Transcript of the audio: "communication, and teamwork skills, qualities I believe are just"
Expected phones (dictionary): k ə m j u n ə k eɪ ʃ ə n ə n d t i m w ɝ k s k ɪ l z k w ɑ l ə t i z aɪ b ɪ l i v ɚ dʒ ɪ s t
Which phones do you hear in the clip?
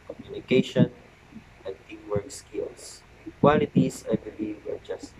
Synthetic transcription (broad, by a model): k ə m j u n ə k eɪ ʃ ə n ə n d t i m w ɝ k s k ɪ l s k w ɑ l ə t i s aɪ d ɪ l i ɚ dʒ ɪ s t